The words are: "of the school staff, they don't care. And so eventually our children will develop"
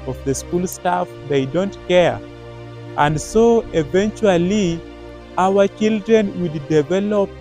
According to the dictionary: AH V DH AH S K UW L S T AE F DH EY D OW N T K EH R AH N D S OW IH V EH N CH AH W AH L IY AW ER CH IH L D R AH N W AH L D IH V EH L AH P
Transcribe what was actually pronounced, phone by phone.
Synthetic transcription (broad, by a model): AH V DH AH S K UW L S T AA F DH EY D OW N T K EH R AH N D S OW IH V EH N CH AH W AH L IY AW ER CH IH L D R AH N W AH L D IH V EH L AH P